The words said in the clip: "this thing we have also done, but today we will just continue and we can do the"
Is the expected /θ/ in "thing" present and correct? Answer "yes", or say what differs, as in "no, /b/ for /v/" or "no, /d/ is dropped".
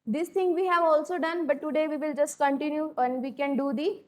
no, /t/ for /θ/